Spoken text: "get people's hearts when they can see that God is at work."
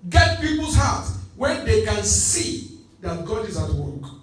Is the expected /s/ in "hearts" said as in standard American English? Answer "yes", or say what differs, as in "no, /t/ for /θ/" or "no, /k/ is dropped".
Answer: no, /s/ is dropped